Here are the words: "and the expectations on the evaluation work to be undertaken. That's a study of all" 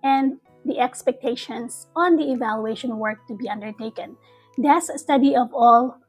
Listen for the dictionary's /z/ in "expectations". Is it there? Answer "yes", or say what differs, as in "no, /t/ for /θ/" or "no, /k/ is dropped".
no, /s/ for /z/